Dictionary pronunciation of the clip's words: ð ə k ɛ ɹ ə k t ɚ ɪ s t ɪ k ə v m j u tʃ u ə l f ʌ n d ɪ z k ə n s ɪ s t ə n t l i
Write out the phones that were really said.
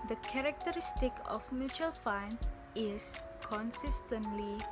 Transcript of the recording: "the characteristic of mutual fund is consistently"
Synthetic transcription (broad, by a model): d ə k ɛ ɹ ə k t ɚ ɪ s t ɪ k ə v m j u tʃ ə l f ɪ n ɪ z k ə n s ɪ s t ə n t l i